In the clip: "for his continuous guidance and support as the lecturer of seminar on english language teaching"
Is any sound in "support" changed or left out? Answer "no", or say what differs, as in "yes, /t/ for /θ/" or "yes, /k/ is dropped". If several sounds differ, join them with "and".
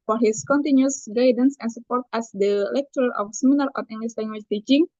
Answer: no